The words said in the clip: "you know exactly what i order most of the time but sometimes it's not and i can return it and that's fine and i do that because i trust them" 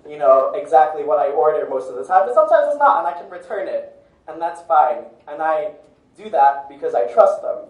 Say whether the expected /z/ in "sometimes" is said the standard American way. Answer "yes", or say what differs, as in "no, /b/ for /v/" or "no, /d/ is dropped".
yes